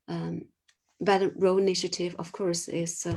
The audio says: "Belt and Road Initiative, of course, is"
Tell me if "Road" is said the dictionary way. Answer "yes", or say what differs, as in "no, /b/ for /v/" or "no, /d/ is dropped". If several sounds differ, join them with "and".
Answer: no, /d/ is dropped